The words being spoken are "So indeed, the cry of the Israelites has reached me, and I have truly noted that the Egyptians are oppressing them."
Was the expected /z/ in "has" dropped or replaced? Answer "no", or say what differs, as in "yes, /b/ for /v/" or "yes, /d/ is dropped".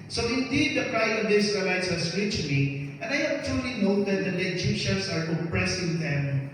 yes, /s/ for /z/